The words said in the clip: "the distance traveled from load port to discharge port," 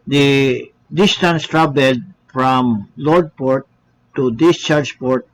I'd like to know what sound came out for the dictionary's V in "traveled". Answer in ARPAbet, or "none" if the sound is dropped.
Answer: B